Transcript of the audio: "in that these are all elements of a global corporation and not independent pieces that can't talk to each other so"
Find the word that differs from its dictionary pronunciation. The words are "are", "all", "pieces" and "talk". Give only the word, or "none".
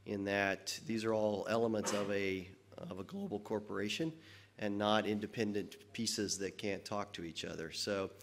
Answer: none